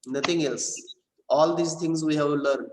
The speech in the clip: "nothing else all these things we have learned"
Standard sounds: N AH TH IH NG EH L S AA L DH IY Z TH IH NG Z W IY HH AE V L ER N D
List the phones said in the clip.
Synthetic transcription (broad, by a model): N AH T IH NG EH L S AA L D IY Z T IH NG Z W IY HH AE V L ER N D